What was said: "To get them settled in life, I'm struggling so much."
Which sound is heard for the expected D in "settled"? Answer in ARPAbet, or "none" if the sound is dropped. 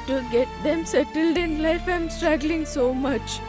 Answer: D